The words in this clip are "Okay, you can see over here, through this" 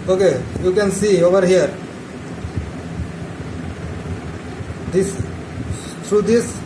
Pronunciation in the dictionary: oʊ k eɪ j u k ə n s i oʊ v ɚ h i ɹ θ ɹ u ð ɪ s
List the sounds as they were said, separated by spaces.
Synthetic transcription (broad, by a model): oʊ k eɪ j u k ə n s i oʊ v ɚ h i ɹ t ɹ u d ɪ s